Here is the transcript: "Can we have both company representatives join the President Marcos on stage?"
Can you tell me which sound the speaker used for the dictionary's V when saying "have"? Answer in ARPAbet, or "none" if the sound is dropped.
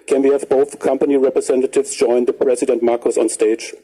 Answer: V